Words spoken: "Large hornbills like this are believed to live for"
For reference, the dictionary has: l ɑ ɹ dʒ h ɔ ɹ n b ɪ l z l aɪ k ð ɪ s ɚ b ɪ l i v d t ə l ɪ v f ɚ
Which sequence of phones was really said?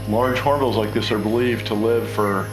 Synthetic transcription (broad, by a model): l ɑ ɹ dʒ h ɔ ɹ b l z l aɪ k ð ɪ s ɚ b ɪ l i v t ə l ɪ v f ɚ